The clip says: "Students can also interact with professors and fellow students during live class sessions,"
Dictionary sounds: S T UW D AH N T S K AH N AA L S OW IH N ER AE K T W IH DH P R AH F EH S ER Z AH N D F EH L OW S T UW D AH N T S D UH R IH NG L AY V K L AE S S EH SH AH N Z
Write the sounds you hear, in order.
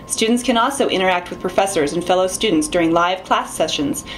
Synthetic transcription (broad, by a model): S T UW D N T S K AH N AA L S OW IH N ER AE K T W IH DH P R AH F EH S ER Z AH N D F EH L OW S T UW D N T S D UH R IH NG L AY V K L AE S S EH SH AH N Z